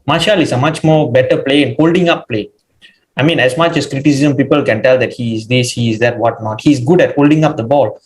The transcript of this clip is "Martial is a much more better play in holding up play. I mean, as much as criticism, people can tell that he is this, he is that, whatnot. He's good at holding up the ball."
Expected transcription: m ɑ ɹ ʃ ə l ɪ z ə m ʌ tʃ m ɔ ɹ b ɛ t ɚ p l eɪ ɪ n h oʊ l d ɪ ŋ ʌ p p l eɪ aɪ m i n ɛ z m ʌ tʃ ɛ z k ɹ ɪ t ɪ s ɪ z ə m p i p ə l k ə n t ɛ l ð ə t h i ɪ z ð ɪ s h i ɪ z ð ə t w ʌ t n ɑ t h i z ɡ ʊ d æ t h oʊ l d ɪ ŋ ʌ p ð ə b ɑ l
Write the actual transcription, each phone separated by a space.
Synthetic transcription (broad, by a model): m ɑ ʃ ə l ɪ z ə m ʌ tʃ m ɔ b ɛ t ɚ p l eɪ ɪ n h oʊ l d ɪ ŋ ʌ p p l eɪ aɪ m i n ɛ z m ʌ tʃ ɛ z k ɹ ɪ t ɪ s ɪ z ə m p i p ə l k ə n t ɛ l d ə t h i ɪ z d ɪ s h i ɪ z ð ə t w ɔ t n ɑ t h i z ɡ ʊ d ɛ t h oʊ l d ɪ ŋ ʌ p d ə b ɑ l